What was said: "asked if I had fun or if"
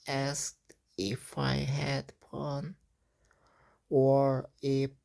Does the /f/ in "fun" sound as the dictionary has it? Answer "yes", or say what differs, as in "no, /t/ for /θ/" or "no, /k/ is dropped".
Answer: no, /p/ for /f/